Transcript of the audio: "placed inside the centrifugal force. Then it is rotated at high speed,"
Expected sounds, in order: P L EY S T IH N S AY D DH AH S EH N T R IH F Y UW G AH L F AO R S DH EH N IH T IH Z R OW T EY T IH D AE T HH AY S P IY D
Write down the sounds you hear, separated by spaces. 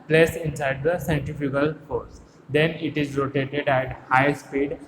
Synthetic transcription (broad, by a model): P L EY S IH N S AY D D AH S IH N T IH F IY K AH L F AO R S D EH N IH T IH Z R OW T EY T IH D AE T HH AY S P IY D